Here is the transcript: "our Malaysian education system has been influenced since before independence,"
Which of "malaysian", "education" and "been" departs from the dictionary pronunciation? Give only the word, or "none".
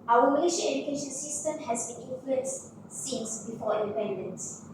malaysian